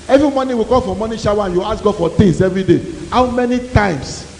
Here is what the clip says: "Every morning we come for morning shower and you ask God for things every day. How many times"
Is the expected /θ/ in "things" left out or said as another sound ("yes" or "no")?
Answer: yes